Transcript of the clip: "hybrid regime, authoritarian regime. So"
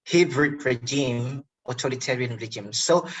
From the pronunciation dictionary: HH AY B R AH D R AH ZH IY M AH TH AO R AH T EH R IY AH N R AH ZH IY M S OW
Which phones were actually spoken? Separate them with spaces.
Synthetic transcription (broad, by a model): HH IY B R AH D R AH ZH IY M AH T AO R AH T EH R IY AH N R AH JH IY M S OW